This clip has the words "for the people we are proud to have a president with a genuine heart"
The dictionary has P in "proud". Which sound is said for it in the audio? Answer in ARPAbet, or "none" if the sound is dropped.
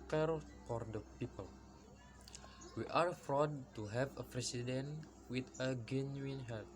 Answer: F